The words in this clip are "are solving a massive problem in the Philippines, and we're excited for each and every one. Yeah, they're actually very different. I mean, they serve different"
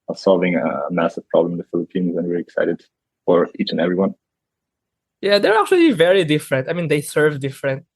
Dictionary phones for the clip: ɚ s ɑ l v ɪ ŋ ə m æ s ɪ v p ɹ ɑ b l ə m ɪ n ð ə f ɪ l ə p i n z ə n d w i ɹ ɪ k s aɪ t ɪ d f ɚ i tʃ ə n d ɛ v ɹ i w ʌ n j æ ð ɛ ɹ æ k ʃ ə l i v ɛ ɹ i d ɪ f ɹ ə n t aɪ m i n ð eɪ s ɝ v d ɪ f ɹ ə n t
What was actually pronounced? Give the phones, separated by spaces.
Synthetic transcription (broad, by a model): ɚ s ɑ l v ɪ ŋ ə m æ s ɪ v p ɹ ɑ b l ə m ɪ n ð ə f ɪ l ə p i n z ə n w i ɹ ɪ k s aɪ t ɪ d f ɚ i tʃ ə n ɛ v ɹ i w ʌ n j æ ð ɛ ɹ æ k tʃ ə l i v ɛ ɹ i d ɪ f ɹ ə n t aɪ m i n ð eɪ s ɝ v d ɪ f ɹ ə n t